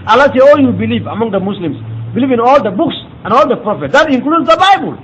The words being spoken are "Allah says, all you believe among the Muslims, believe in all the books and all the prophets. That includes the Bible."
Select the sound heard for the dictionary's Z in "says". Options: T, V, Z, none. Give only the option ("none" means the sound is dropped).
none